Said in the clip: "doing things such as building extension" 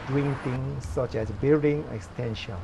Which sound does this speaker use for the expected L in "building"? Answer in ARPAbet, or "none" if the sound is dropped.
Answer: none